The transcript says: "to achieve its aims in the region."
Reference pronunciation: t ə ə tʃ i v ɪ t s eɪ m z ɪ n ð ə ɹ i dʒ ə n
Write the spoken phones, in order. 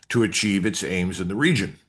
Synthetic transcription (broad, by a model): t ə ə tʃ i v ɪ t s eɪ m z ɪ n ð ə ɹ i dʒ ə n